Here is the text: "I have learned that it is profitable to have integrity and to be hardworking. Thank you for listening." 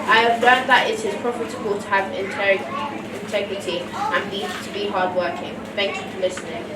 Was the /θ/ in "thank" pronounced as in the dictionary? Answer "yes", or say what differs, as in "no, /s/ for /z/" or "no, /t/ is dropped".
yes